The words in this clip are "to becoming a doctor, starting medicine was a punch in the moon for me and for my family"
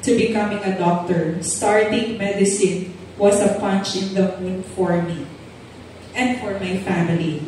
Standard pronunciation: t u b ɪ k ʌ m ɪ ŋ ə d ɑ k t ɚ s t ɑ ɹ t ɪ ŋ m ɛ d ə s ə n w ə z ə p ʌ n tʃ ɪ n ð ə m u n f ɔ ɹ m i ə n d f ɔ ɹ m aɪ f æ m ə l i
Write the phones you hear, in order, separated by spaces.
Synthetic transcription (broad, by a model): t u b ɪ k ʌ m ɪ ŋ ə d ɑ k t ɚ s t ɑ ɹ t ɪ ŋ m ɛ d ə s ə n w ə s ə p ʌ n tʃ ɪ n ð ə m u n f ɔ ɹ m i ə n d f ɔ ɹ m aɪ f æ m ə l i